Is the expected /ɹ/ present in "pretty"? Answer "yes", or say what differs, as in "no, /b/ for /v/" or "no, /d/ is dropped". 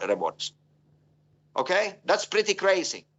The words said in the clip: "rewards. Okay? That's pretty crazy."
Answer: yes